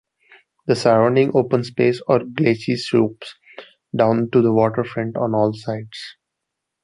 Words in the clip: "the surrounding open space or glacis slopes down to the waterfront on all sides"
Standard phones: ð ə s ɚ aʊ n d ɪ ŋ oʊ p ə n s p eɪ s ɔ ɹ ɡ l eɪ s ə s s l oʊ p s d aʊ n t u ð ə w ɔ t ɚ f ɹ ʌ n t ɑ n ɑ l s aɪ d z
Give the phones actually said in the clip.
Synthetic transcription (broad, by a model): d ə s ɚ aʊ n d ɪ ŋ oʊ p ə n s p eɪ s ɔ ɹ ɡ l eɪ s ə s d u p s d aʊ n t u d ə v ɔ t ɚ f ɹ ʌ n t ɑ n ɑ l s aɪ d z